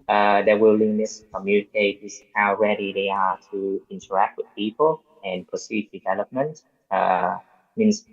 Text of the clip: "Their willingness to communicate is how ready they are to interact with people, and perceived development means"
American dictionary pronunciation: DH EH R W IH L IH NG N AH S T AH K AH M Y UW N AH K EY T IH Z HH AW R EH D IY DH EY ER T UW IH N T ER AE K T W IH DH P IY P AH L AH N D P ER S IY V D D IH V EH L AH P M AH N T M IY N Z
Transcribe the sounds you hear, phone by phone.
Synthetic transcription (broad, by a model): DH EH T W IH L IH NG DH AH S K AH M Y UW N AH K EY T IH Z HH AW R EH D IY DH EY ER T UW IH N T ER AE K T W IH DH P IY P AH L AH N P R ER S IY D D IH V EH L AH P M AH N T M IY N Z